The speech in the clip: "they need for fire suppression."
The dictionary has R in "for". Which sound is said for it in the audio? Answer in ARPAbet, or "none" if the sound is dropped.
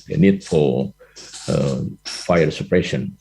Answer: L